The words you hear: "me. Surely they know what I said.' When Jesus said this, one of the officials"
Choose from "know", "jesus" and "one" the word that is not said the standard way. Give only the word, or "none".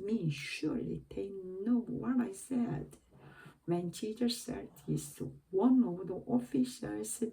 jesus